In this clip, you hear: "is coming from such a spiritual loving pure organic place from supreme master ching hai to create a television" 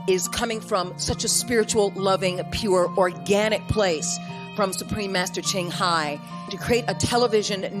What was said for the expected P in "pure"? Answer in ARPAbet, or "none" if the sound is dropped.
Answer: P